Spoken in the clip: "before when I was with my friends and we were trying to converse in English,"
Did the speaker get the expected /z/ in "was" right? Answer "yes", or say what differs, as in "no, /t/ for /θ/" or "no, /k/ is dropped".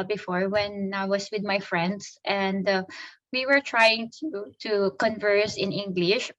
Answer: no, /s/ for /z/